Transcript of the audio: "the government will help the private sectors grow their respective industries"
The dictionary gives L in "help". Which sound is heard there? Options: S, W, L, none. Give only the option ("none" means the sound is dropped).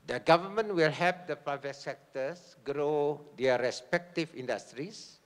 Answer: none